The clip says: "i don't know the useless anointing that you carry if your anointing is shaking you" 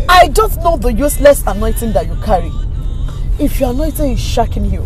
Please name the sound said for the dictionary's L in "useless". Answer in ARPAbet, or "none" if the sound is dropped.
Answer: L